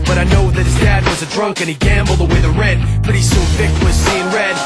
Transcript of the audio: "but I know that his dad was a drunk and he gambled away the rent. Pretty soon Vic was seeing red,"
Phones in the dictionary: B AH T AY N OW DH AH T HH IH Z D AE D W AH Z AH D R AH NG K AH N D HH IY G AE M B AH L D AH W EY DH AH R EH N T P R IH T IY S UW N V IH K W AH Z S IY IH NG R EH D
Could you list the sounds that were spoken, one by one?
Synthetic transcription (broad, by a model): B AH T AY N OW DH AH T HH IH Z D AE D W AH Z AH D R AH NG K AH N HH IY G AE M B L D AH W EY DH AH R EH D P R IH T IY S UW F IH K W AH Z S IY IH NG R EH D